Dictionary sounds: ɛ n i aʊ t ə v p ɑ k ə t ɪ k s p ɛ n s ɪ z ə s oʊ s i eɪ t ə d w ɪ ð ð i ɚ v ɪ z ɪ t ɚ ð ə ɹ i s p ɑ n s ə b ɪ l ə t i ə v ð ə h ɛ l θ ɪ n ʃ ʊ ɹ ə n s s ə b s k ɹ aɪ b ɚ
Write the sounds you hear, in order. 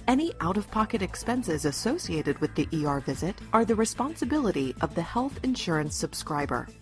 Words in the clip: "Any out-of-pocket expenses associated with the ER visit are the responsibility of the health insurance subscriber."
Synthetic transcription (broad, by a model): ɛ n i aʊ t ə v p ɑ k ə t ɪ k s p ɛ n s ɪ z ə s oʊ s i eɪ t ə d w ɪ ð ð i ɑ v ɪ z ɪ t ɚ ð ə ɹ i s p ɑ n s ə b ɪ l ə t i ə v ð ə h ɛ l θ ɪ n ʃ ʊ ɹ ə n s s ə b s k ɹ aɪ b ɚ